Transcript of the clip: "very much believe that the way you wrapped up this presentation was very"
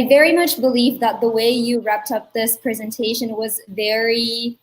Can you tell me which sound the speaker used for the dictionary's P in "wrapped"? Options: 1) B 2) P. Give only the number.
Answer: 2